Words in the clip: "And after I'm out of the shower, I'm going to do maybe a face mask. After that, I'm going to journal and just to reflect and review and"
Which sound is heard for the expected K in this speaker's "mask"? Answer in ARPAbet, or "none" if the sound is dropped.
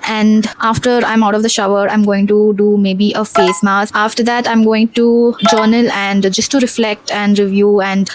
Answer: none